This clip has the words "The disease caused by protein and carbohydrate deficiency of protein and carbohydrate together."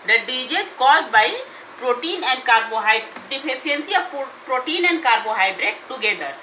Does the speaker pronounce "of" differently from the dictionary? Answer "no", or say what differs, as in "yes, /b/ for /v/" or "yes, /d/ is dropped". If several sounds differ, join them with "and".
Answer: yes, /p/ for /v/